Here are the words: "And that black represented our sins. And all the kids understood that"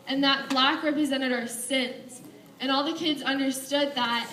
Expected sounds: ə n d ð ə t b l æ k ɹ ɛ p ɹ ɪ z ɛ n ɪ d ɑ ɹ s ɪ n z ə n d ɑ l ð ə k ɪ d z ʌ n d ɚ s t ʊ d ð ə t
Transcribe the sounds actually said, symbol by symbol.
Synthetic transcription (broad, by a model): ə n ð ə t b l æ k ɹ ɛ p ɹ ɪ z ɛ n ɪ d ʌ ɹ s ɪ n s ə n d ɑ l ð ə k ɪ d z ʌ n d ɚ s t ʊ d ð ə t